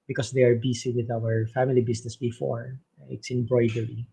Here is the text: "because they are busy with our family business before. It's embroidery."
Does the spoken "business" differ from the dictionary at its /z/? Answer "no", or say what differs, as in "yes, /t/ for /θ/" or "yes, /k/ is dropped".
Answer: yes, /s/ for /z/